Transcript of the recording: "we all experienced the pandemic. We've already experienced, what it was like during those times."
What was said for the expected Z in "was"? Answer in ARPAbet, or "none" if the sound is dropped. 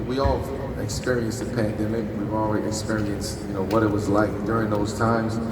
Z